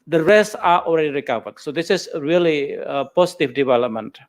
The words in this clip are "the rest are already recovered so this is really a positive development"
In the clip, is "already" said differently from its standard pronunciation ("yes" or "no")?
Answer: no